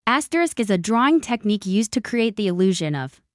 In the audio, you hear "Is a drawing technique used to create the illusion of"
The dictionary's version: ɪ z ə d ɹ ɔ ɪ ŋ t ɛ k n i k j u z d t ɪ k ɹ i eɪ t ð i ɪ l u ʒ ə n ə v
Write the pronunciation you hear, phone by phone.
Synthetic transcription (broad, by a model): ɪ z ə d ɹ ɔ ɪ ŋ t ɛ k n i k j u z t ɪ k ɹ i eɪ t ð i ɪ l u ʒ ə n ə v